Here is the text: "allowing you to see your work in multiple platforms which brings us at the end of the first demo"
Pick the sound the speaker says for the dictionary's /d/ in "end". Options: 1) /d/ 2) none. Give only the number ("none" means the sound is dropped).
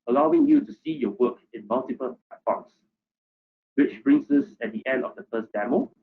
1